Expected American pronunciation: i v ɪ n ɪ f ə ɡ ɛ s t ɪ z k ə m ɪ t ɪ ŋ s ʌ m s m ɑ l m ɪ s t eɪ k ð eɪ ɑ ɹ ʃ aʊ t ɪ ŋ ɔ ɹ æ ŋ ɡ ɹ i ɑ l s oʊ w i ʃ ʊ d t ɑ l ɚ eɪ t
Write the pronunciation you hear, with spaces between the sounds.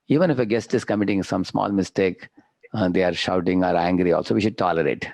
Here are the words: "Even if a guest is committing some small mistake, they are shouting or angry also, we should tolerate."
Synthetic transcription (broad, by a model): i v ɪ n ɪ f ə ɡ ɛ s t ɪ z k ə m ɪ t ɪ ŋ s ʌ m s m ɑ l m ɪ s t eɪ k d eɪ ɑ ɹ ʃ aʊ t ɪ ŋ ɔ ɹ æ ŋ ɡ ɹ i ɑ l s oʊ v i ʃ ʊ d t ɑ l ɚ eɪ t